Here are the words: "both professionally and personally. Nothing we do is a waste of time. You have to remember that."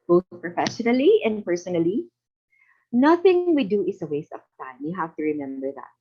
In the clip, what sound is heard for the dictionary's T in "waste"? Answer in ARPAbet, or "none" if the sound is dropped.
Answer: T